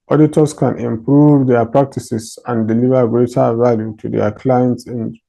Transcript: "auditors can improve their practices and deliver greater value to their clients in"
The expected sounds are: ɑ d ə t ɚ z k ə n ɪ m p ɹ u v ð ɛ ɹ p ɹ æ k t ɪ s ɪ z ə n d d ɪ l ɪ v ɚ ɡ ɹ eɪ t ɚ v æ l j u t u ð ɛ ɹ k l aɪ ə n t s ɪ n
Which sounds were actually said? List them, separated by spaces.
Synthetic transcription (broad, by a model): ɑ d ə t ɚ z k ə n ɪ m p ɹ u v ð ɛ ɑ p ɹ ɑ k t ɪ s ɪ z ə n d d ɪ l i v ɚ ɡ ɹ eɪ t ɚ v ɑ l j u t u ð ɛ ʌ k l aɪ ə n t s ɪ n